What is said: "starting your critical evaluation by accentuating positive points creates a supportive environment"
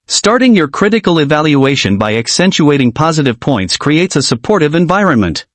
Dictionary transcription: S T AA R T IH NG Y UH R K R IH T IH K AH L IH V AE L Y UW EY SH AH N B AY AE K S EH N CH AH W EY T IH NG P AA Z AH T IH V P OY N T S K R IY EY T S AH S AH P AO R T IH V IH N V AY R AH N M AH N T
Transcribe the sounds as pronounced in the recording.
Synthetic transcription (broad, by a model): S T AA R T IH NG Y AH R K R IH T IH K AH L IH V AE L Y UW EY SH AH N B AY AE K S EH N CH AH EY T IH NG P AA Z AH T IH V P OY N T S K R IY EY T S AH S AH P AO R T IH V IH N V AY R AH N M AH N T